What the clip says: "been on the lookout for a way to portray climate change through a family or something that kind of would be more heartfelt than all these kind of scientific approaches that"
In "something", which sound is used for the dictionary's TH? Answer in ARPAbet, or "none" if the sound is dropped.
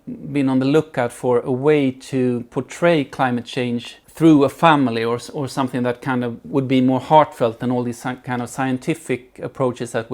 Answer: TH